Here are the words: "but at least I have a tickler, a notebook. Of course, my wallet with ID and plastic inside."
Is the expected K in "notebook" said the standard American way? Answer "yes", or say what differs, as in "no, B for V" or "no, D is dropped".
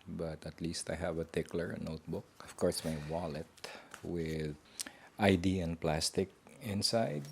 yes